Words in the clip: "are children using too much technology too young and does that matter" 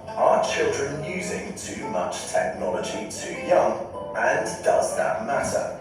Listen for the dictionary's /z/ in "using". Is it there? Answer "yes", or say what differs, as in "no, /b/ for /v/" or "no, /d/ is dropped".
yes